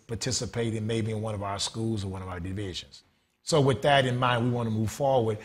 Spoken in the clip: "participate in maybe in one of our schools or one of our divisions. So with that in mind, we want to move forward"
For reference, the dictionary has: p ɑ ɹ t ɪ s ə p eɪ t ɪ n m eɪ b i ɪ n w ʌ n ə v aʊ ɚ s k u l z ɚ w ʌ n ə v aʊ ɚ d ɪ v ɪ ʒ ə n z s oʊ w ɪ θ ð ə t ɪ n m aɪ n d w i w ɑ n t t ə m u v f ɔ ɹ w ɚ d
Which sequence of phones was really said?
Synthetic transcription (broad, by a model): p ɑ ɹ t ɪ s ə p eɪ t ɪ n m eɪ b i ɪ n w ʌ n ə v aʊ ɚ s k u l z ɚ w ʌ n ə v aʊ ɚ d ɪ v ɪ ʒ ə n z s oʊ w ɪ ð ə t ɪ n m aɪ n d w i w ɑ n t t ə m u v f ɔ ɹ w ɚ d